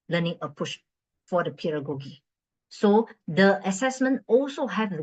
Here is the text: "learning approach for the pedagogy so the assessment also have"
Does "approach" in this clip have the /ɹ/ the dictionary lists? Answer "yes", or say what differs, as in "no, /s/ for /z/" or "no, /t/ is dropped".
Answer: no, /ɹ/ is dropped